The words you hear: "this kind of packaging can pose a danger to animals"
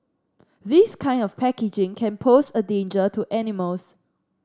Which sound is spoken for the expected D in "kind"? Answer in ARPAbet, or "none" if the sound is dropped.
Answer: D